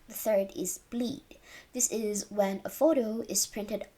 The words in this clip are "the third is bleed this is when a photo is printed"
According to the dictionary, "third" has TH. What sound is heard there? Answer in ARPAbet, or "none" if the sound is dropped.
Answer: TH